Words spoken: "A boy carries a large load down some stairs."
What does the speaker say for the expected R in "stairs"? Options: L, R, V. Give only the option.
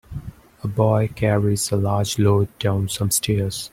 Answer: R